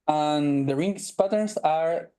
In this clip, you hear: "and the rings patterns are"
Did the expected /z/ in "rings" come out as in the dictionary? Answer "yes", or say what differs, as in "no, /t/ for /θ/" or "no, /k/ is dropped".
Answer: no, /s/ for /z/